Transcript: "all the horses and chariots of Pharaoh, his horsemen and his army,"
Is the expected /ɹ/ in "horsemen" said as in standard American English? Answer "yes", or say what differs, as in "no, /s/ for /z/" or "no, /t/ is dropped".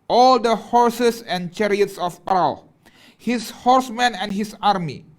yes